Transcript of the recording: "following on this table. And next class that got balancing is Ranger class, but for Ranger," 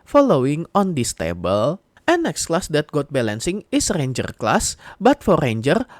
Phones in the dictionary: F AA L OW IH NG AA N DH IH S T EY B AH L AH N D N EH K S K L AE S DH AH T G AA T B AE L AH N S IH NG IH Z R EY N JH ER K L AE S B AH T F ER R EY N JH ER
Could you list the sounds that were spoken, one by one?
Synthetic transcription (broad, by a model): F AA L OW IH NG AA N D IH S T EY B AH L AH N N EH K S K L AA S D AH T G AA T B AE L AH N S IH NG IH S R EY N JH ER K L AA S B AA T F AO R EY N JH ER